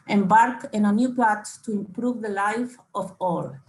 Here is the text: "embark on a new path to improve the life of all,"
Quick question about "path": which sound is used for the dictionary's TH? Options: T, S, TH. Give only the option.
T